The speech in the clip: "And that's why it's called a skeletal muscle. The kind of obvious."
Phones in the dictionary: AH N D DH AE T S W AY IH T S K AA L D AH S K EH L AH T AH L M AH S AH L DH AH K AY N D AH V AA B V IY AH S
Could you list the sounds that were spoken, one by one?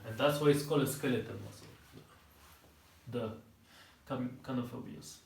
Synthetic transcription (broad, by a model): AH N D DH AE T S W AY IH T S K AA L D AH S K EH L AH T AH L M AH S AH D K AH K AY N AH F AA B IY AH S